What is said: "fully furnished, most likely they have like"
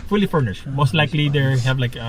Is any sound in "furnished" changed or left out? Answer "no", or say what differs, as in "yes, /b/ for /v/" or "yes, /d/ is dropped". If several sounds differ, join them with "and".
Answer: no